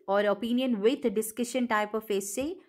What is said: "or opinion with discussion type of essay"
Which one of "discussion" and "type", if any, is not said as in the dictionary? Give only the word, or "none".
none